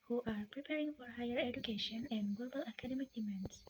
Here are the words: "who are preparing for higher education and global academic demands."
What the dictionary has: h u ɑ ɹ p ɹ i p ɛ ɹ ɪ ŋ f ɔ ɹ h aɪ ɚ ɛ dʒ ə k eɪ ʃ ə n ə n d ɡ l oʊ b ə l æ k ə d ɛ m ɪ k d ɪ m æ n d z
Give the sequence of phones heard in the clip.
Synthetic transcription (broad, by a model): h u ɑ ɹ p ɹ i p ɛ ɹ ɪ ŋ f ɔ ɹ h aɪ ɚ ɛ dʒ ə k eɪ ʃ ə n ə n d ɡ l oʊ b ə l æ k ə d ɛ m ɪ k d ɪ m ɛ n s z